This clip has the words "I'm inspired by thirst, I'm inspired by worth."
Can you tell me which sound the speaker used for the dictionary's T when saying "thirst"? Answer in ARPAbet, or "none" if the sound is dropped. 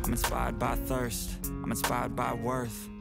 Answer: T